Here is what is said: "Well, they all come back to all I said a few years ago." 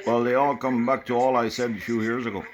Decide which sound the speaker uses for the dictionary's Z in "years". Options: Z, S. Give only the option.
Z